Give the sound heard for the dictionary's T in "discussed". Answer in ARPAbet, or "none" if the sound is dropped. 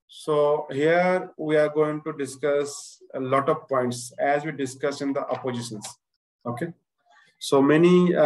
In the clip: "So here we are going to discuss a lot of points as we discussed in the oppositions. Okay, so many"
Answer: none